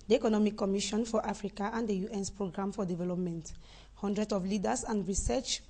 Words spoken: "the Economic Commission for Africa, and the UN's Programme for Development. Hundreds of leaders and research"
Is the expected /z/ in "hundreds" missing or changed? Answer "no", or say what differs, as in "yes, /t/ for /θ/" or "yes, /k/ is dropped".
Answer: yes, /z/ is dropped